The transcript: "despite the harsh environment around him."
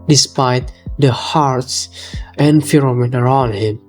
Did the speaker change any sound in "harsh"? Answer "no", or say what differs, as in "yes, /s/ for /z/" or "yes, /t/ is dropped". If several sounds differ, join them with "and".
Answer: yes, /s/ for /ʃ/